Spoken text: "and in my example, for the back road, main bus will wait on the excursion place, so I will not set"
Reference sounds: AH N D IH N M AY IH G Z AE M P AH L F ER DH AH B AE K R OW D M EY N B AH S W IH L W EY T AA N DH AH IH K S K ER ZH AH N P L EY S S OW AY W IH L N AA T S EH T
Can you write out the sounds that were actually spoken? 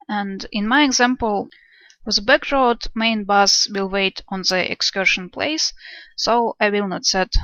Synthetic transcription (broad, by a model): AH N D IH N M AY IH G Z AE M P AH L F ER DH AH B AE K R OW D M EY N B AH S W IH L W EY T AA N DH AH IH K S K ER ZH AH N P L EY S S OW AY W IH L N AA T S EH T